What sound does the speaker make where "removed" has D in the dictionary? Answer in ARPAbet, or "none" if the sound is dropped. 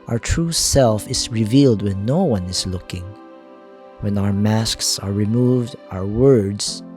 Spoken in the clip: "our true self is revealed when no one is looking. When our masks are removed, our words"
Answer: D